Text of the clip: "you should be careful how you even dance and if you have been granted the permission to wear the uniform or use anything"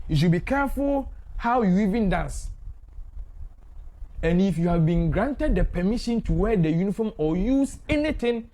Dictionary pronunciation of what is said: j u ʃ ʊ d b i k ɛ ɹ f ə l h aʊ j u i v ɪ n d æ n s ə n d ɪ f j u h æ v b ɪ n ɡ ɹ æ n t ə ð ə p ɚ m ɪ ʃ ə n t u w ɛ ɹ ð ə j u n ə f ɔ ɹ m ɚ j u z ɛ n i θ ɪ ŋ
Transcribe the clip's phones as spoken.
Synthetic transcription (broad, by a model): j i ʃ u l b i k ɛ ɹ f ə l h aʊ j u i v ɪ n d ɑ n s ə n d ɪ f j u h æ v b ɪ n ɡ ɹ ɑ n t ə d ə p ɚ m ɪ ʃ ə n t u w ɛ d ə j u n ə f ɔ m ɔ j u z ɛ n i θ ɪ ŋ